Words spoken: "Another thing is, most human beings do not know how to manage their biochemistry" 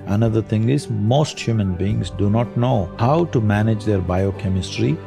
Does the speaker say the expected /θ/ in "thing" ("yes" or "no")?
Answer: no